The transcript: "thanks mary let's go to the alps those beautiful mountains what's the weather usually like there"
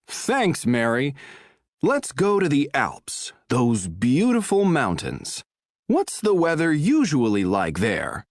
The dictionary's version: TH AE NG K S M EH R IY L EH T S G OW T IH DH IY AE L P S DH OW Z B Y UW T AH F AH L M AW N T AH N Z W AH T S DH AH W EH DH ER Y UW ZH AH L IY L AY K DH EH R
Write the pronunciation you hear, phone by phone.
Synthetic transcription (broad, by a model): TH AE NG K S M EH R IY L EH T S G OW T IH DH IY AE L P S DH OW Z B Y UW T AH F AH L M AW N T AH N Z W AH T S DH AH W EH DH ER Y UW ZH AH L IY L AY K DH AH R